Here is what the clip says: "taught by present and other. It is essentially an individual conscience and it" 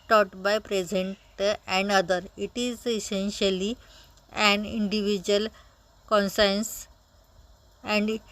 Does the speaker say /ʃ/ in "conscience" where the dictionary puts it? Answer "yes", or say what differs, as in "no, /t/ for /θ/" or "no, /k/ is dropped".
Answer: no, /s/ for /ʃ/